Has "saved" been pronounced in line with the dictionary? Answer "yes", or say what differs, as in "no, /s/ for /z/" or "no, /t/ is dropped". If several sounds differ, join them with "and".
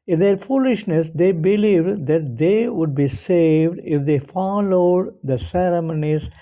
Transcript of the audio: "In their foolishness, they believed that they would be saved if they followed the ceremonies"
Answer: yes